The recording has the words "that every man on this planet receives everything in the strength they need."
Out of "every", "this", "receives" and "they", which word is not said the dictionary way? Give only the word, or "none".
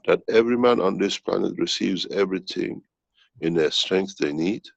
none